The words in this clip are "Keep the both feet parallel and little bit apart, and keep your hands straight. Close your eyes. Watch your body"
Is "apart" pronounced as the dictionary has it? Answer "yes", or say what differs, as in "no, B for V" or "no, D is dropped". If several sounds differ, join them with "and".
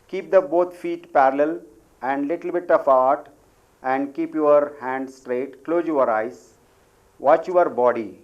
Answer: no, F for P